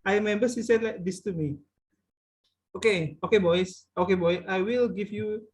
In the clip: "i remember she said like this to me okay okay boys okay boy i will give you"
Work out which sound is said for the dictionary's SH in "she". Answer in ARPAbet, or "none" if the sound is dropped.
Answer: S